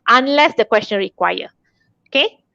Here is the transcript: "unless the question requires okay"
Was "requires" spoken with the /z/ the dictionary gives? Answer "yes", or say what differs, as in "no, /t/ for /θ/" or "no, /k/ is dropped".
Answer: no, /z/ is dropped